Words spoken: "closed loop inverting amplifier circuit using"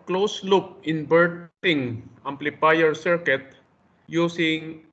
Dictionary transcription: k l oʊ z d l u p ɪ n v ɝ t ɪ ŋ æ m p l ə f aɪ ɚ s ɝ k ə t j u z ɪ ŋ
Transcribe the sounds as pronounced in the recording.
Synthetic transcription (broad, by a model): k l oʊ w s l u p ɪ n b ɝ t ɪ ŋ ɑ m p l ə p aɪ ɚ s ɝ k ə t j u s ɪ ŋ